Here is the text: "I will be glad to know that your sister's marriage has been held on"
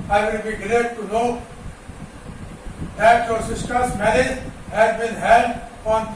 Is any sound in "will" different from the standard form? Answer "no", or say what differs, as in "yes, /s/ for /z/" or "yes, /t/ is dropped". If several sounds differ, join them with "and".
yes, /n/ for /l/